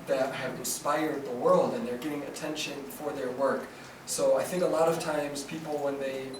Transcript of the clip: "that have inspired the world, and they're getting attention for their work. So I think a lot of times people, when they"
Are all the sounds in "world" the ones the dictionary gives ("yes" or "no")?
yes